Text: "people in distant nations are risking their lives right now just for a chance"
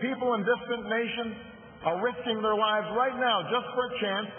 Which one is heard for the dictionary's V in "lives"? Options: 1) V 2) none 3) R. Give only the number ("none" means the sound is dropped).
1